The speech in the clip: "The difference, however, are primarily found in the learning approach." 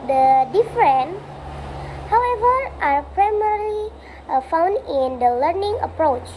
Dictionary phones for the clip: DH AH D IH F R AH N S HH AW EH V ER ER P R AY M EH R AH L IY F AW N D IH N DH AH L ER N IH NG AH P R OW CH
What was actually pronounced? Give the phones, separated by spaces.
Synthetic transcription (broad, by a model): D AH D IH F R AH N HH AW EH V ER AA P R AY M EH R L IY F AW N D IH N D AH L ER N IH NG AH P R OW CH